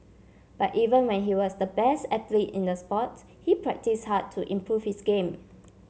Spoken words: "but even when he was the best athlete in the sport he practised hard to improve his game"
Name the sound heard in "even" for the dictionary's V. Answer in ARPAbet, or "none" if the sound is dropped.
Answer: V